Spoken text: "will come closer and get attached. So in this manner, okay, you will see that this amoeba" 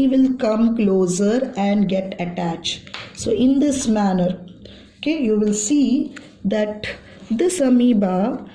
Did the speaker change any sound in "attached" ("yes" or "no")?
no